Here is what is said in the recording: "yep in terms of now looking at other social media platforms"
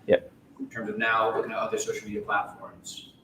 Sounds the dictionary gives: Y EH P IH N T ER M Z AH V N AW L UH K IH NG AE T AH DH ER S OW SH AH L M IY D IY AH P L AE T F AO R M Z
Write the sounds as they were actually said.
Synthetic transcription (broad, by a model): Y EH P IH N T ER M Z AH V N AW L UH K IH NG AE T AH DH ER S OW SH L M IY D IY AH P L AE T F AO R M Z